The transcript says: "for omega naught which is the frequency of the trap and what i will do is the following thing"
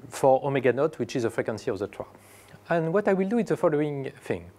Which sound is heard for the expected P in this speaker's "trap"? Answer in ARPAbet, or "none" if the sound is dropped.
none